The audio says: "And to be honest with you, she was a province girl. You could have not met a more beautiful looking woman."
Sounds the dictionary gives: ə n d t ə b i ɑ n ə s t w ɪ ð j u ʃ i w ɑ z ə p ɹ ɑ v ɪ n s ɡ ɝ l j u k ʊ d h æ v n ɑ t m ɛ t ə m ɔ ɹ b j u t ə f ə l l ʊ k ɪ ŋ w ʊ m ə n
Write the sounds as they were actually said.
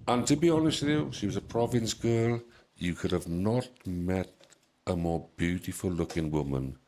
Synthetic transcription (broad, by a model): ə n t ə b i ɑ n ə s t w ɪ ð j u ʃ i w ɑ z ə p ɹ ɑ v ɪ n s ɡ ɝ l j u k ʊ d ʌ v n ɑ t m ɛ t ə m ɔ b j u t ə f ə l l ʊ k ɪ ŋ w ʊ m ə n